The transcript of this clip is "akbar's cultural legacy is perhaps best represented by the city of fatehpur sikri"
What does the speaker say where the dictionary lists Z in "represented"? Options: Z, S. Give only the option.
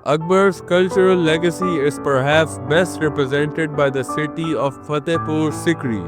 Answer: Z